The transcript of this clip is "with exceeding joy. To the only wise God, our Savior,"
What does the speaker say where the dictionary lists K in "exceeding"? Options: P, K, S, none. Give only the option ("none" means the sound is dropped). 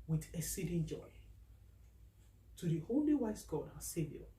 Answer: none